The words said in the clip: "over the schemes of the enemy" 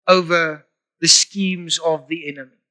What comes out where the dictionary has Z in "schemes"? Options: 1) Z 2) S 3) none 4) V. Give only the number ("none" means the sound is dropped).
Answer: 1